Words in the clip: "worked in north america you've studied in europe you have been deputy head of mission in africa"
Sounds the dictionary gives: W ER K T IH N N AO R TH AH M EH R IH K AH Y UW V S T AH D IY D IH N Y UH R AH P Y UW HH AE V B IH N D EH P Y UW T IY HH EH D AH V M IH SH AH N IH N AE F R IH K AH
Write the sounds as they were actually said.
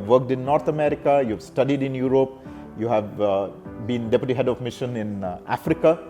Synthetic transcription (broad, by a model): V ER K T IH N N AO R T AH M EH R IH K AH Y UW V S T AH D IY D IH N Y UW R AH P Y UW HH AE V B IH N D EH P Y UW T IY HH EH D AH V M IH SH AH N IH N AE F R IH K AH